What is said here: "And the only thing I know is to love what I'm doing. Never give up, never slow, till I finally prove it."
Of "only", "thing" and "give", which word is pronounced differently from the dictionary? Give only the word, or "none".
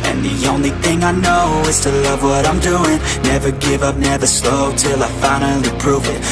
none